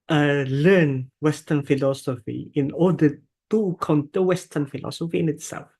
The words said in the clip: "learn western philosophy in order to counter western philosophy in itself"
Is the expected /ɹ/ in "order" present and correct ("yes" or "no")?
no